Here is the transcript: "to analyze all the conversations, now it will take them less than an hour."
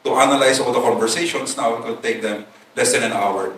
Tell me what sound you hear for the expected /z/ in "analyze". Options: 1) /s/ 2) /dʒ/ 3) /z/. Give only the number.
1